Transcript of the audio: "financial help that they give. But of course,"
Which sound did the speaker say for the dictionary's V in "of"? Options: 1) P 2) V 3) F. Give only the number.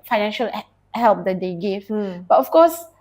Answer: 3